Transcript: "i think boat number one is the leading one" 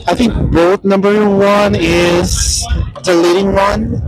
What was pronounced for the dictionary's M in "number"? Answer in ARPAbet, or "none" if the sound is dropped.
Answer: M